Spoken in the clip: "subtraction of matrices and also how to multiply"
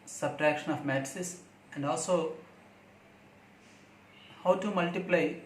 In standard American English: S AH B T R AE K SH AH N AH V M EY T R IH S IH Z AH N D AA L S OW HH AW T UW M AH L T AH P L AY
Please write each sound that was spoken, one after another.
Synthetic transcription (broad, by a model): S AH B T R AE K SH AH N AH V M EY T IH S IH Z AH N D AA L S OW HH AW T UW M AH L T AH P L AY